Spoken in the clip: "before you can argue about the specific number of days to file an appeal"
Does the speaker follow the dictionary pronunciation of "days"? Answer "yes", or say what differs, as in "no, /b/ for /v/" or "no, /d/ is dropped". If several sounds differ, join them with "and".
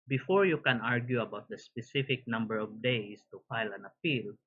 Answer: no, /s/ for /z/